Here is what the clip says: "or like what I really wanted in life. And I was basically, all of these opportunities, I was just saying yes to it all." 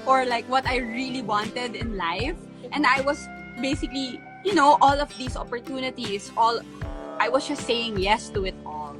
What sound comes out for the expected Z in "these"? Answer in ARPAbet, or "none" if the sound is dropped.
S